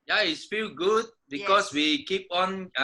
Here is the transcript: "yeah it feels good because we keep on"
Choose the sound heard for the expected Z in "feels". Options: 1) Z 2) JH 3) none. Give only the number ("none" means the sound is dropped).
3